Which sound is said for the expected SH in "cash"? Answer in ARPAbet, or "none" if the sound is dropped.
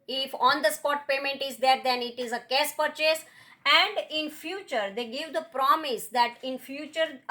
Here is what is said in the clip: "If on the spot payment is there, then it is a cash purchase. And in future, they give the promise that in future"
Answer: S